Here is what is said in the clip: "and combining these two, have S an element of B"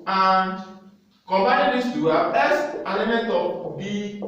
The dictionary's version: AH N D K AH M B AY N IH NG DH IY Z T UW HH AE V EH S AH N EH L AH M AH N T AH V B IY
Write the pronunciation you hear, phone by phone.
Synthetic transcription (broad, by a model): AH N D K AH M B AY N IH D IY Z T UW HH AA B EH S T EH L AH M AH N T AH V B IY